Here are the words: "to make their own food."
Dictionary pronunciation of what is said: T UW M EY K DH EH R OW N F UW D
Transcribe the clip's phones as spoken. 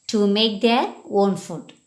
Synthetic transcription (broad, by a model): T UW M EY K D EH W OW N F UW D